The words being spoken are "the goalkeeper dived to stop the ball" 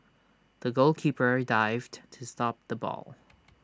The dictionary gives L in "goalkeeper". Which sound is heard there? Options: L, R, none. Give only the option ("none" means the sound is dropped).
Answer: L